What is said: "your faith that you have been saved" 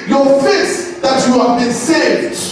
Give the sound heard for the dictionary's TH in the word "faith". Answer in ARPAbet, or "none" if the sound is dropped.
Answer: S